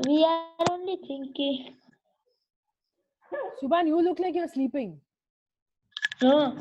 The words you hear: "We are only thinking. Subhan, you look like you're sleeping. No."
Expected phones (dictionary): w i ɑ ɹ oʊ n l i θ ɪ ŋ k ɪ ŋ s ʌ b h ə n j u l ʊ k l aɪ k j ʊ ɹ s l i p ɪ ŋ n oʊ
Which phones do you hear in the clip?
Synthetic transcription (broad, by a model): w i ɑ ɹ oʊ n l i t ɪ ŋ k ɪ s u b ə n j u l ʊ k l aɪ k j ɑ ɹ s l i p ɪ ŋ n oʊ